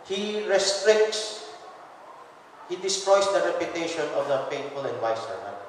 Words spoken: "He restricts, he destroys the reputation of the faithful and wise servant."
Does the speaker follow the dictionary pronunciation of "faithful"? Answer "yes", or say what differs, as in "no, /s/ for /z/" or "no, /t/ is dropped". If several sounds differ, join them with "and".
no, /t/ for /θ/